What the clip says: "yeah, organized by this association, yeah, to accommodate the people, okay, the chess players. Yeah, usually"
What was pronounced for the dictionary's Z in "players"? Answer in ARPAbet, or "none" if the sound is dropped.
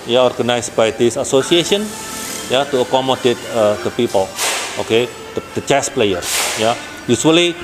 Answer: none